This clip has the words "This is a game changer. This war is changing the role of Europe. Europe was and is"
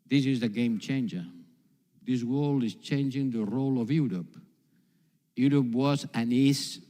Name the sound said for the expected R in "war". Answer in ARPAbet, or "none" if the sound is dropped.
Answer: L